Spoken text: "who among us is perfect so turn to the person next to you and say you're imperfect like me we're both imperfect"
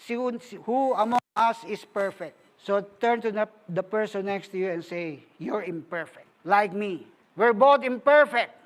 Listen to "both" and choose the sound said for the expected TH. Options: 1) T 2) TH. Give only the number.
1